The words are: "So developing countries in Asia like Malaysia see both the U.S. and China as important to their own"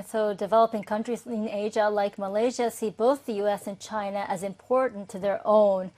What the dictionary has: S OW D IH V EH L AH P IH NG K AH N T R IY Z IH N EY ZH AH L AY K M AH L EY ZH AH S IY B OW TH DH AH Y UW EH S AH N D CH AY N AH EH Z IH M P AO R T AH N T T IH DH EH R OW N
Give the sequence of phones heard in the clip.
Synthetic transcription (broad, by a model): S OW D IH V EH L AH P IH NG K AH N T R IY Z IH N EY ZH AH L AY K M AH L EY ZH AH S IY B OW TH DH AH Y UW EH S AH N CH AY N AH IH Z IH M P AO R T N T T IH DH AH R OW N